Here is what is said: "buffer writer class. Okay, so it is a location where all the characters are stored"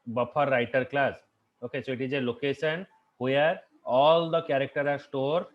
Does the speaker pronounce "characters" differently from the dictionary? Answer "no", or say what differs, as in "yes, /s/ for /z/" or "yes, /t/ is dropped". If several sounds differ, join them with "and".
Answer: yes, /z/ is dropped